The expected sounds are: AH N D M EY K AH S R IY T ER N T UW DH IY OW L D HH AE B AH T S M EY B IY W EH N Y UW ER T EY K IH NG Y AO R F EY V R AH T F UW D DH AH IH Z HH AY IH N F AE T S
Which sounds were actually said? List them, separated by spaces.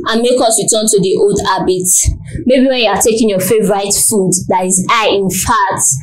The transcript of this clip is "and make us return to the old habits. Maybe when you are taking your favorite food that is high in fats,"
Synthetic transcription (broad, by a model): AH N M EY K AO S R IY T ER N T UW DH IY OW L D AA B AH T M EY B IY W EH N Y UW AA T EY K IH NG Y AO F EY V R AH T F UW D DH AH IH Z AY IH N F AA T